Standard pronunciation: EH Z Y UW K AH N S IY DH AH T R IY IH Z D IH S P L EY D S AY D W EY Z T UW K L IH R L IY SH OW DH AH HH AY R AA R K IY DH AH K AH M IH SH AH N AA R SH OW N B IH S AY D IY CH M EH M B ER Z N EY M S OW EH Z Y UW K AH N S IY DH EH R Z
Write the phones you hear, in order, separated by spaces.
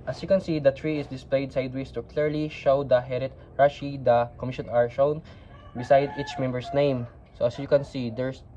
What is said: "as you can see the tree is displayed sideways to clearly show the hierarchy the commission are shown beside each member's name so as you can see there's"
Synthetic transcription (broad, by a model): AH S Y UW K AH N S IY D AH T R IY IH S D IH S P L EY D S AY D W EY S T UW K L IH R L IY SH OW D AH HH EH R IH R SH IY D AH K AH M IH SH AH N AA R SH OW N B IH S AY D IY CH M EH M B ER S N EY M S OW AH S Y UW K AH N S IY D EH R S